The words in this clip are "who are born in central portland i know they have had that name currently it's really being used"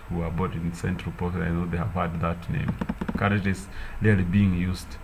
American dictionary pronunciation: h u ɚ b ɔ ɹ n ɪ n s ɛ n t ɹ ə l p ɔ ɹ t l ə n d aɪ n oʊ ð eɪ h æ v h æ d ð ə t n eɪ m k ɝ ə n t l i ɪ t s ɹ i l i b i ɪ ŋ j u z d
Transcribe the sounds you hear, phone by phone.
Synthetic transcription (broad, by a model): h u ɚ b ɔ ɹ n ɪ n s ɛ n t ɹ ə l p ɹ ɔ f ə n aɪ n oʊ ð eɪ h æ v h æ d ð ə t n eɪ m k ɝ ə t i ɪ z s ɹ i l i b i ɪ ŋ j u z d